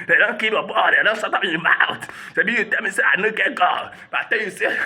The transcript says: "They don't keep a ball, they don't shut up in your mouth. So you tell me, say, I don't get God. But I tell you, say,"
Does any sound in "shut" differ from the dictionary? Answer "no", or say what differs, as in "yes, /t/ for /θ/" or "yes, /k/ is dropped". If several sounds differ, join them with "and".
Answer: yes, /s/ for /ʃ/